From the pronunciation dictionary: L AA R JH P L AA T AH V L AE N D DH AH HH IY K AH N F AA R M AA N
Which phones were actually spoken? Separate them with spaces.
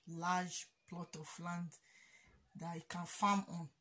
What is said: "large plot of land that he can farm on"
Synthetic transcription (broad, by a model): L AA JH P L AA T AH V L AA N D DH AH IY K AH N F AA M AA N